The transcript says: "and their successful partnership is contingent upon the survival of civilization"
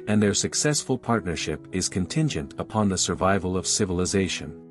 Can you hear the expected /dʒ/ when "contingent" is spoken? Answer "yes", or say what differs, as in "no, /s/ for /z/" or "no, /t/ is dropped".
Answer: yes